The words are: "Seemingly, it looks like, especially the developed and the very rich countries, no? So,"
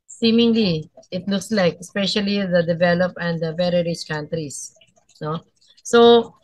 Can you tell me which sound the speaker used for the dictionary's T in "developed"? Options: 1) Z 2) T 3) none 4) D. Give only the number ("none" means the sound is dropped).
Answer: 3